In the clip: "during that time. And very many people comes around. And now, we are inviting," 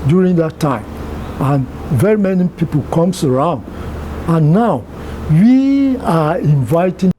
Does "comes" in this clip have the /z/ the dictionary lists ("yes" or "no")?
no